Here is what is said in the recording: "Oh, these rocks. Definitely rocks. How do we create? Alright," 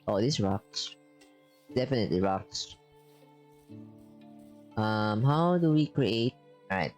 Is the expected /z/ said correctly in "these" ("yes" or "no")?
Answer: no